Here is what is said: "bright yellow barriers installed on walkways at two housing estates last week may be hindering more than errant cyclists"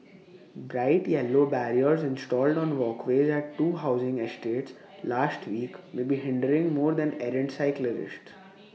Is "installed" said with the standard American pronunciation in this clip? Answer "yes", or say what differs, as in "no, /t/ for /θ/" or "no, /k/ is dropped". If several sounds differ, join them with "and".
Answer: yes